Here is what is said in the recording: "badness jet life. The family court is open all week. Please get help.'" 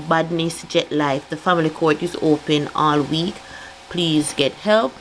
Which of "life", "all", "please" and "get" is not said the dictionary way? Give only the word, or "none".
none